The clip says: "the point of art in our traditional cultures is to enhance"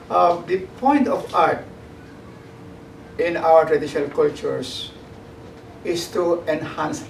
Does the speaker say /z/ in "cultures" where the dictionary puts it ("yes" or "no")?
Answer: no